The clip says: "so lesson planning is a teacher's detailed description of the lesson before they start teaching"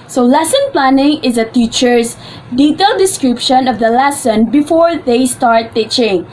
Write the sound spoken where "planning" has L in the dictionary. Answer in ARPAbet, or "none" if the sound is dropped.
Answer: L